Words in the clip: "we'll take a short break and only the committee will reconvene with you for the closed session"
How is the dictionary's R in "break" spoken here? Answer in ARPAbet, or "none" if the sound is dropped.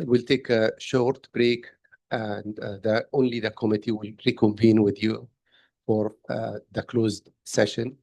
R